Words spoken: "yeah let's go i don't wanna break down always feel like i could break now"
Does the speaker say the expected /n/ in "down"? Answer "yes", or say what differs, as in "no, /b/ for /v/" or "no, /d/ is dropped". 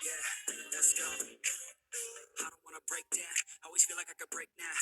no, /n/ is dropped